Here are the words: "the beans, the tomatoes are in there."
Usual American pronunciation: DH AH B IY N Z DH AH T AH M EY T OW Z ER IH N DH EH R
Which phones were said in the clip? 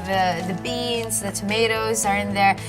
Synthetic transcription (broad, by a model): DH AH B IY N Z DH AH T AH M EY T OW Z ER IH N DH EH R